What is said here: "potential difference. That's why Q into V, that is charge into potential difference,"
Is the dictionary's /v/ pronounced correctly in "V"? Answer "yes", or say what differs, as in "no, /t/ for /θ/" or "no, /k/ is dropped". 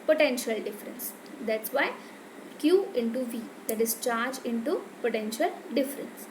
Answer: yes